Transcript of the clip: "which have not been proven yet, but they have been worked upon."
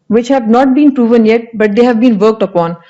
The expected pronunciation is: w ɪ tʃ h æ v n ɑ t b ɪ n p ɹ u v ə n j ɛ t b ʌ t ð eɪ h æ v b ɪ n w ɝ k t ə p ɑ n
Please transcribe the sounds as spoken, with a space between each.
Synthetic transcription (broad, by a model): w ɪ tʃ h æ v n ɑ t b ɪ n p ɹ u v ə n j ɛ t b ʌ t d eɪ h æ v b ɪ n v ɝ k t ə p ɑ n